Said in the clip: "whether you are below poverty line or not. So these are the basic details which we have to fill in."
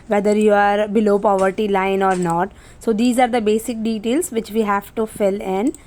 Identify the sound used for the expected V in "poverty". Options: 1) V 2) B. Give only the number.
1